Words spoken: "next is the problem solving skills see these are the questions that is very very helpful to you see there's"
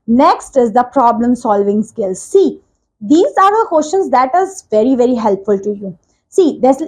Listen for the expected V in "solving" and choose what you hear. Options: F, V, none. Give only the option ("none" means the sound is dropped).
V